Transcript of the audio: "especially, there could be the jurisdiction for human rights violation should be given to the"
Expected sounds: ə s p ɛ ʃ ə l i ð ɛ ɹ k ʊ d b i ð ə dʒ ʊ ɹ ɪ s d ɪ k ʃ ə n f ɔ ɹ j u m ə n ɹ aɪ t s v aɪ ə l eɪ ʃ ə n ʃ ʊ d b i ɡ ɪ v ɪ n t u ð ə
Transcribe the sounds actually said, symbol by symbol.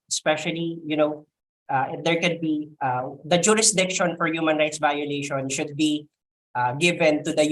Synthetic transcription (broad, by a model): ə s p ɛ ʃ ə l i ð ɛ ɹ k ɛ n b i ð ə dʒ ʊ ɹ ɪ s d ɪ k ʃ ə n f ɔ ɹ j u m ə n ɹ aɪ t s v aɪ ə l eɪ ʃ ə n ʃ ʊ d b i ɡ ɪ v ɪ n t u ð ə